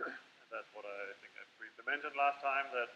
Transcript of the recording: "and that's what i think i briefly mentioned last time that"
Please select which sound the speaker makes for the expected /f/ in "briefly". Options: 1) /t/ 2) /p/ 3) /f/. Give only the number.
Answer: 2